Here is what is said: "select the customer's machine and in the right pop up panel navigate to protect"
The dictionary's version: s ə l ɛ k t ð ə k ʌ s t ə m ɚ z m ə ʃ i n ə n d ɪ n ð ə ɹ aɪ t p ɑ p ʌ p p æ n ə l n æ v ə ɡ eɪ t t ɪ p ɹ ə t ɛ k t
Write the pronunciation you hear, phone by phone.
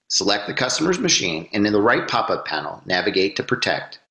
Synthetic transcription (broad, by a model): s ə l ɛ k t ð ə k ʌ s t ə m ɚ z m ə ʃ i n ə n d ɪ n ð ə ɹ aɪ t p ɑ p ʌ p p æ n l n æ v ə ɡ eɪ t t ɪ p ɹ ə t ɛ k t